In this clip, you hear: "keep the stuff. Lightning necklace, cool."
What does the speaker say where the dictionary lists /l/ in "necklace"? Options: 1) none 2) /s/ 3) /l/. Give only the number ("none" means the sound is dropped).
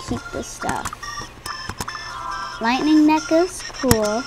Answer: 1